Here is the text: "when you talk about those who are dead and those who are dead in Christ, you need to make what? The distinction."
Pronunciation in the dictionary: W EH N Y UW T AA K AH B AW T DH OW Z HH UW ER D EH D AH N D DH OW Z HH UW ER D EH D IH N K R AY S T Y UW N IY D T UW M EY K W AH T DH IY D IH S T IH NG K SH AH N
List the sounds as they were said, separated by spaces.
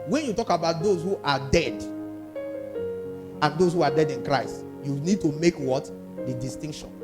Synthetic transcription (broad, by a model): W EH N Y UW T AA K AH B AW T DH OW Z HH UW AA D EH D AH N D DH OW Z HH UW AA D EH D IH N K R AY S T Y UW N IY D T UW M EY K W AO T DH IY D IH S T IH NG K SH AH N